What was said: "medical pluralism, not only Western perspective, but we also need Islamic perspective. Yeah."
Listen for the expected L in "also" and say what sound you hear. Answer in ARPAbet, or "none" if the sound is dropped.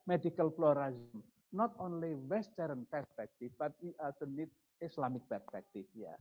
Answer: none